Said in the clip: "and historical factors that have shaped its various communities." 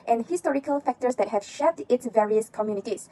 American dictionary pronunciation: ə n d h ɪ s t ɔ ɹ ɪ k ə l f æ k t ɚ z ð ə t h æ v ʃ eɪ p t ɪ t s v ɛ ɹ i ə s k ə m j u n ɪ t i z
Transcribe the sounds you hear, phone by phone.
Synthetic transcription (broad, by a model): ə n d h ɪ s t ɔ ɹ ɪ k ə l f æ k t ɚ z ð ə t h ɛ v ʃ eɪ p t ɪ t s v ɛ ɹ i ə s k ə m j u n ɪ t i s